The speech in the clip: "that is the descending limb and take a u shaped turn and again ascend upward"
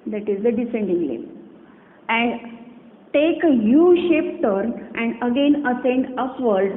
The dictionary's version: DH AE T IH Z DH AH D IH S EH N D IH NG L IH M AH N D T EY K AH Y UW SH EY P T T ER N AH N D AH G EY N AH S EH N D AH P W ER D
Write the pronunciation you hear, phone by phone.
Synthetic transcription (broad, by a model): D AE T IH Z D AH D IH S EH N D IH NG L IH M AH N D T EY K AH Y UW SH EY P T T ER N AH N D AH G EY N AH S EH N D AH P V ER D